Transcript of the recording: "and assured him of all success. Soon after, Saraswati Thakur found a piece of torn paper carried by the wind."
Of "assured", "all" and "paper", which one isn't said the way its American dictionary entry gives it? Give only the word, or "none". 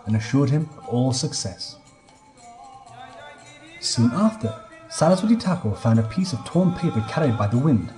none